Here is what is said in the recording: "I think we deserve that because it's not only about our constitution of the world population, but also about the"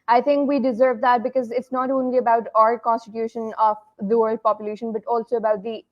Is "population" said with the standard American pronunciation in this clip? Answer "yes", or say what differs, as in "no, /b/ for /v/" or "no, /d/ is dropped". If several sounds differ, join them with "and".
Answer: yes